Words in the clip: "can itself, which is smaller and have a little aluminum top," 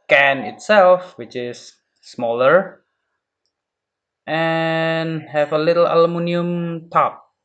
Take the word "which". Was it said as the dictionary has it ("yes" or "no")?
yes